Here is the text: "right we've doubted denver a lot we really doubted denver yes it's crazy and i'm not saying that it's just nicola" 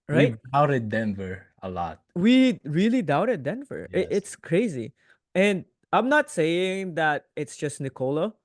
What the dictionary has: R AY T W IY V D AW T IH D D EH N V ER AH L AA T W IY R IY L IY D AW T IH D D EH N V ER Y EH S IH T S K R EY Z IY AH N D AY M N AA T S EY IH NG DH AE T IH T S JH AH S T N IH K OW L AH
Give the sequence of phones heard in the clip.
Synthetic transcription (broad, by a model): R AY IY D AW T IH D D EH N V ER AH L AA T W IY R IY L IY D AW T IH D D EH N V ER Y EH IH T S K R EY Z IY AH N D AY M N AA T S EY IH NG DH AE T IH T S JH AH S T N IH K OW L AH